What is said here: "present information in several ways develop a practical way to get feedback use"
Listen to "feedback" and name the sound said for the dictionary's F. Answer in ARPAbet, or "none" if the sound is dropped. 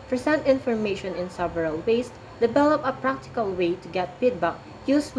P